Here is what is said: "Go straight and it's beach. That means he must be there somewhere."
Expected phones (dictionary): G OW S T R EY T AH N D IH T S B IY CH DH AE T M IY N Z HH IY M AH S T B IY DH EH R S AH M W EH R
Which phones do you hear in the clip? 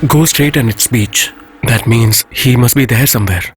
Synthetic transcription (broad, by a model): G OW S T R EY T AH N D IH T S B IY CH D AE T M IY N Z HH IY M AH S T B IY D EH R S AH M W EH R